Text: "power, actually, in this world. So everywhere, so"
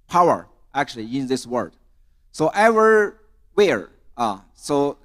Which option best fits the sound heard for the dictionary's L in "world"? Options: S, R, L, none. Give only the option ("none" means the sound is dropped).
none